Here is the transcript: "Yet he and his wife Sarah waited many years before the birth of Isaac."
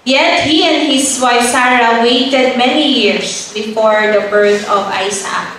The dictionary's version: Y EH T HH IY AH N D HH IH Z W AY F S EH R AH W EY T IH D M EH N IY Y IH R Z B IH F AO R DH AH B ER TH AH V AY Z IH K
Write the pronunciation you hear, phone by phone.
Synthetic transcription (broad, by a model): Y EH T HH IY AH N D HH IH S W AY F S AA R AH W EY T IH D M EH N IY Y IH R S B IH F AO R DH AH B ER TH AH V AY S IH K